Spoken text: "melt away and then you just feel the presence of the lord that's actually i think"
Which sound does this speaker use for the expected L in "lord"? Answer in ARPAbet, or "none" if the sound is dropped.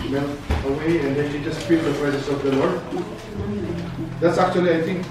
L